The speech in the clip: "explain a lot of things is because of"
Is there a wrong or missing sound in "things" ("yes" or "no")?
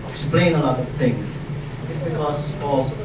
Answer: no